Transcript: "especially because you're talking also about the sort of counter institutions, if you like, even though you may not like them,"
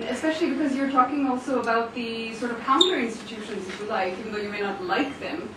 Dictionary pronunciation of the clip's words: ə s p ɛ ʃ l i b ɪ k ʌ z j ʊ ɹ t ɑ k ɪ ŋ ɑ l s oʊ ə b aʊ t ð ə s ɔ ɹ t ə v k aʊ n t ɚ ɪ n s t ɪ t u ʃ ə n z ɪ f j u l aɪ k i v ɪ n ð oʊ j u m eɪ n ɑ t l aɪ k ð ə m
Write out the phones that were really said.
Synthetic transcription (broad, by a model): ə s p ɛ ʃ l i b ɪ k ʌ z j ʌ ɹ t ɑ k ɪ ŋ ɑ l s oʊ ə b aʊ t ð ə s ɔ ɹ t ə v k aʊ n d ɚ ɪ n s t ɪ t u ʃ ə n z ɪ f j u l aɪ k i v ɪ n ð oʊ j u m eɪ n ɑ t l aɪ k ð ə m